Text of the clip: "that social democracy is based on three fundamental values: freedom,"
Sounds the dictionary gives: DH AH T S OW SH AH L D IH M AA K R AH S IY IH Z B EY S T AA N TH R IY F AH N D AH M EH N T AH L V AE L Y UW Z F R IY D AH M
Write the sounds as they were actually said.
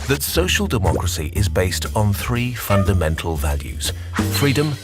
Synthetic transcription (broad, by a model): DH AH T S OW SH AH L D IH M AA K R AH S IY IH Z B EY S T N TH R IY F AH N D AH M EH N T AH L V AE L Y UW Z F R IY D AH M